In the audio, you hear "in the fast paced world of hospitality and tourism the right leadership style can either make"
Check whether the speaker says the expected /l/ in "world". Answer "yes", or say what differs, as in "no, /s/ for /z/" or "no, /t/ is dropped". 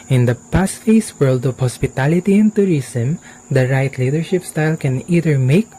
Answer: yes